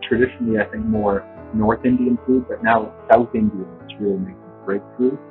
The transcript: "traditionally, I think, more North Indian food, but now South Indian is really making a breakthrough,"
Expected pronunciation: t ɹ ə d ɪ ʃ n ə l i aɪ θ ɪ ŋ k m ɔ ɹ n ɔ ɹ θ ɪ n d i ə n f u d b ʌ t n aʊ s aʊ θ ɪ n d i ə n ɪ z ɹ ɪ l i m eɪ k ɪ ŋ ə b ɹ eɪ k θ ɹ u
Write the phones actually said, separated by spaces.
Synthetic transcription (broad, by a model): t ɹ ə d ɪ ʃ n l i aɪ θ ɪ ŋ k m ɔ ɹ n ɔ ɹ θ ɪ n d i ə n f u d b ʌ t n aʊ s aʊ θ ɪ n d i ə n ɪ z ɹ ɪ l i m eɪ ɪ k ə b ɹ eɪ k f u